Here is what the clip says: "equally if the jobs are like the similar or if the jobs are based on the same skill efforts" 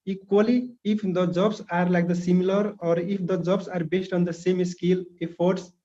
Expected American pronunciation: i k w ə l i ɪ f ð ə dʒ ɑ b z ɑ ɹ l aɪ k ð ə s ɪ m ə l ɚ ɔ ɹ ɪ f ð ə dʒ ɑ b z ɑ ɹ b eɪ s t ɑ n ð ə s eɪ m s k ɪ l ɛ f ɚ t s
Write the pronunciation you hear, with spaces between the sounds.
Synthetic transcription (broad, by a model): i k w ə l i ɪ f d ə dʒ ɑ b s ɑ ɹ l aɪ k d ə s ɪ m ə l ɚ ɔ ɹ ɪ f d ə dʒ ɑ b s ɑ ɹ b eɪ s t ɑ n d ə s eɪ m s k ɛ l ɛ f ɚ t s